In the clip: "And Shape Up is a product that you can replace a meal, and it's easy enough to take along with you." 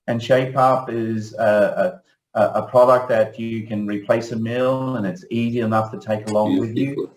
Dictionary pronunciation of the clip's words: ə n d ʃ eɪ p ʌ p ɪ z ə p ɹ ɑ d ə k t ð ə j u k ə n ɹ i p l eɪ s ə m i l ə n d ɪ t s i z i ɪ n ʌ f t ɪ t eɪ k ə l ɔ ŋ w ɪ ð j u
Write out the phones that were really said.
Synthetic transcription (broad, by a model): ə n ʃ eɪ p ʌ p ɪ z ə p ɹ ɑ d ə k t ð ə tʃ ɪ k ə n ɹ i p l eɪ s ə m i l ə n ɪ t s i z i ɪ n ʌ f t ɪ t eɪ k ə l ɔ ŋ w ɪ ð j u